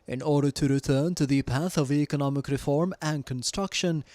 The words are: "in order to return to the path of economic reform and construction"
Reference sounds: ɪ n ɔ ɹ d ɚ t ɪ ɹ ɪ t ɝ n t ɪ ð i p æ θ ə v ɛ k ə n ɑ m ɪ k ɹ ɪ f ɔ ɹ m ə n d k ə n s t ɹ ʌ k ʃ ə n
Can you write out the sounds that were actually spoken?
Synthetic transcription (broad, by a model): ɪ n ɔ ɹ d ɚ t ɪ ɹ ɪ t ɝ n t ɪ ð i p æ θ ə v ɛ k ə n ɑ m ɪ k ɹ ɪ f ɔ ɹ m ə n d k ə n s t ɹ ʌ k ʃ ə n